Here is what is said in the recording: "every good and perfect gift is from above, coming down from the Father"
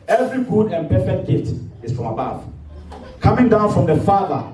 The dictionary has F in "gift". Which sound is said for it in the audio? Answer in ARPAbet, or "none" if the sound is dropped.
none